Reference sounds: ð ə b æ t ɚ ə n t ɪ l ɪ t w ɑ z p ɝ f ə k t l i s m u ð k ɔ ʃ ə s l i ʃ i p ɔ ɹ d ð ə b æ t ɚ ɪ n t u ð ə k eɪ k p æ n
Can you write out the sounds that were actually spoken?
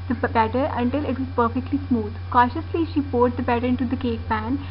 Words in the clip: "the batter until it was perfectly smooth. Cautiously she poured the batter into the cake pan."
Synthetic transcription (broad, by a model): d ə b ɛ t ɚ ə n t ɪ l ɪ t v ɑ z p ɝ f ə k t l i s m u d k ɔ ʃ ə s l i ʃ i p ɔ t d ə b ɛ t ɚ ɪ n t u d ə k eɪ k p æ n